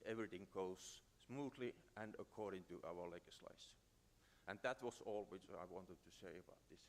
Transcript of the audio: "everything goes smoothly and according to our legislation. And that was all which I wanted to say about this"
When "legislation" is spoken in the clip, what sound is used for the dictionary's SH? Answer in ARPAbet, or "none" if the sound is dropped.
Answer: none